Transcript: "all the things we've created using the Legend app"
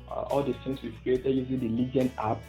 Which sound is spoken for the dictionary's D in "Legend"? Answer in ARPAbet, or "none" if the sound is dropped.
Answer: none